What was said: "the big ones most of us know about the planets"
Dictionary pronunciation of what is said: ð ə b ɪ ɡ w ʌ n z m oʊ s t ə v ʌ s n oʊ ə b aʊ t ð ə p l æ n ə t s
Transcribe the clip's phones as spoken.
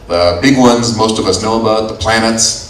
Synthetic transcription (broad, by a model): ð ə b ɪ ɡ w ʌ n z m oʊ s t ə v ʌ s n oʊ ə b aʊ t ð ə p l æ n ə t s